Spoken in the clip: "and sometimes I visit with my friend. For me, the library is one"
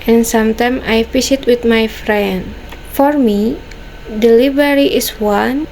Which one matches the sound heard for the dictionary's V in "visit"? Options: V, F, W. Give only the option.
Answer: F